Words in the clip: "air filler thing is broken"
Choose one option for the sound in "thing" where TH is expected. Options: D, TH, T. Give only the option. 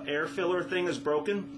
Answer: TH